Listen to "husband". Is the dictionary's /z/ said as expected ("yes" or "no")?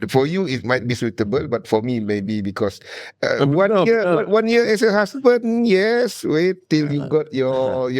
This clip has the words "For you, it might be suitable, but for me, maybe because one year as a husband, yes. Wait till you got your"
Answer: no